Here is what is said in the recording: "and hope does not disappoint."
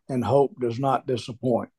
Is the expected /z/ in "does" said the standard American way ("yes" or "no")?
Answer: yes